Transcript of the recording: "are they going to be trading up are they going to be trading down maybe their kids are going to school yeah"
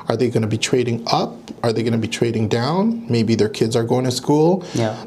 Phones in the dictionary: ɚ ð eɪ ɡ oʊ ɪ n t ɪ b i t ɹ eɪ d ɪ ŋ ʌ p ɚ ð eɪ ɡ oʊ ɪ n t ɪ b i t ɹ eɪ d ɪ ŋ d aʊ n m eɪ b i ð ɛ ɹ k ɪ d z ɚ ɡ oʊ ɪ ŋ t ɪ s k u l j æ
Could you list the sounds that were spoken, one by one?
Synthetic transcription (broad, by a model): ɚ ð eɪ ɡ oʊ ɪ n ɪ b i t ɹ eɪ d ɪ ŋ ʌ p ɚ ð eɪ ɡ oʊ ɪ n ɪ b i t ɹ eɪ d ɪ ŋ d aʊ n m eɪ b i ð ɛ ɹ k ɪ d z ɚ ɡ oʊ ɪ ŋ t ɪ s k u l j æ